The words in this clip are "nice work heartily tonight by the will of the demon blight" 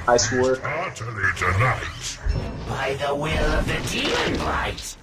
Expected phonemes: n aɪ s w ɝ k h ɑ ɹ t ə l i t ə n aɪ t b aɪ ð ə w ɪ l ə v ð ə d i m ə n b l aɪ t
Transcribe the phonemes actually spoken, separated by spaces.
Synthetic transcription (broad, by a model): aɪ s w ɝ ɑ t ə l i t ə n aɪ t b aɪ ð ə w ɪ l ə v ð ə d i ə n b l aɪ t